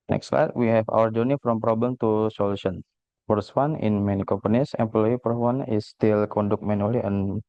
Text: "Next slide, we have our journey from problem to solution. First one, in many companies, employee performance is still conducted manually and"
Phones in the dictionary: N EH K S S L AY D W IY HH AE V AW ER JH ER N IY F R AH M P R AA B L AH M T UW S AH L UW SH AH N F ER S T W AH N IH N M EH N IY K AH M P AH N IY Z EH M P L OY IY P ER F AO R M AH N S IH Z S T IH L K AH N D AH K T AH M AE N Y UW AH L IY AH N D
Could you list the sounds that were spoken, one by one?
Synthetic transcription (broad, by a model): N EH K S S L AY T W IY HH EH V AW ER JH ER N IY F R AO M P R AA B L AH M T UW S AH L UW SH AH N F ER S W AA N IH N M EH N IY K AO M P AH N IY S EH M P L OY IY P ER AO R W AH N IH S T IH L K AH N D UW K M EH N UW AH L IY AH N